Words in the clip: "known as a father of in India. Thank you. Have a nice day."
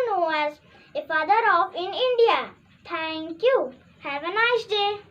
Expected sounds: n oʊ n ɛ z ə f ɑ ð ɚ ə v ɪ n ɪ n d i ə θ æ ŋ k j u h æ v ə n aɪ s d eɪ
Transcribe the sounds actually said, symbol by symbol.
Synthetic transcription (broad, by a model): n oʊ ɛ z ə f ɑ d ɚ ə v ɪ n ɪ n d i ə t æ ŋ k j u h æ v ə n aɪ s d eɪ